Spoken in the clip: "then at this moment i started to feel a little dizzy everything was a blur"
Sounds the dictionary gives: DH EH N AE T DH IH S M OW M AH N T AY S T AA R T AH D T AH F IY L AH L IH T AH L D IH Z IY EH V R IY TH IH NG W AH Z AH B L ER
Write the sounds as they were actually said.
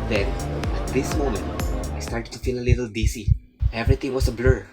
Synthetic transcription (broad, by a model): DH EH N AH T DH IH S M OW M AH N T AY S T AA R T AH D T AH F IY L AH L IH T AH L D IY S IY EH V R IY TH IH NG W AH S AH B L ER